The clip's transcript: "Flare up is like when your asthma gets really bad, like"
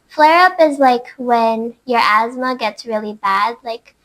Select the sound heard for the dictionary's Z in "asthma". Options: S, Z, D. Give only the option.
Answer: Z